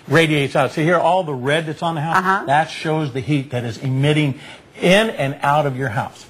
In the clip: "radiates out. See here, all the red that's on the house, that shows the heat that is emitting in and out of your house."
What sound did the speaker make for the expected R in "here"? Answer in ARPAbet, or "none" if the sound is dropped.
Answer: R